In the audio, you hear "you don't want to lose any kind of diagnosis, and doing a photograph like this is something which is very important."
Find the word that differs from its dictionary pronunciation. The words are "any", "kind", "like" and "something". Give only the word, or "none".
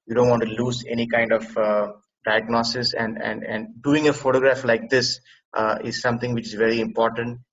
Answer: something